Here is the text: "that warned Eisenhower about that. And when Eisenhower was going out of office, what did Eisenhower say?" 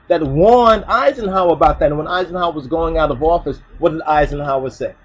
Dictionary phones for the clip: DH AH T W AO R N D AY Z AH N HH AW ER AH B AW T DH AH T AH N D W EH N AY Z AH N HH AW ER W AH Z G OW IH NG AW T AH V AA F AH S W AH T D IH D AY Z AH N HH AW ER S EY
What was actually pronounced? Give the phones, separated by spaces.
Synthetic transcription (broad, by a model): DH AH T W AO R N D AY Z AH N HH AW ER AH B AW T DH AH T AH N W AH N AY Z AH N HH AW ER W AH Z G OW IH NG AW T AH V AA F AH S W AH T D IH D AY Z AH N HH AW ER S EY